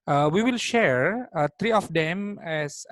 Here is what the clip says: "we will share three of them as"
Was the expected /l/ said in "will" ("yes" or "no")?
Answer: yes